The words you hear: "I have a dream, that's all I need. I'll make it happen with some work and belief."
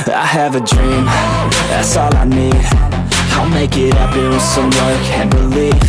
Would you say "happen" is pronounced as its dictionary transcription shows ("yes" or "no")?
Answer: no